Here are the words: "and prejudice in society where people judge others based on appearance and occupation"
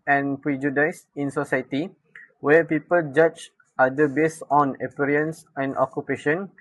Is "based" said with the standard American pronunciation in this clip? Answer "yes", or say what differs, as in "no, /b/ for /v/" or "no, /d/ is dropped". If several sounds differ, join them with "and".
no, /t/ is dropped